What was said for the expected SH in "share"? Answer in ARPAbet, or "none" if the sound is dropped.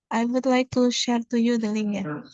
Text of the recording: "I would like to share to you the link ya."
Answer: SH